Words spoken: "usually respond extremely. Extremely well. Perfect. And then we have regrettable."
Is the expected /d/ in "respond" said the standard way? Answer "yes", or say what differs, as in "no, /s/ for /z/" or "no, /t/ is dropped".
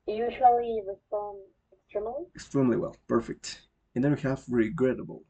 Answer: no, /d/ is dropped